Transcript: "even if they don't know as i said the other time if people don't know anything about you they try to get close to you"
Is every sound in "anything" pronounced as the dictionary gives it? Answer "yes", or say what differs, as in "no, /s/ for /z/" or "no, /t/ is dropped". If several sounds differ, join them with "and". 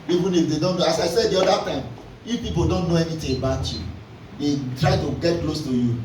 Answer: no, /t/ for /θ/